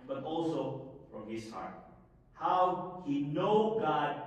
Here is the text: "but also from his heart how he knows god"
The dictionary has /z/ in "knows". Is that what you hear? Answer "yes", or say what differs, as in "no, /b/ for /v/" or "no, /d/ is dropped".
no, /z/ is dropped